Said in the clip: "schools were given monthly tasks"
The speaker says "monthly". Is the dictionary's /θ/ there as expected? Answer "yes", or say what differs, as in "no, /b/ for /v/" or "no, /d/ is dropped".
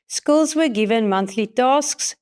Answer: yes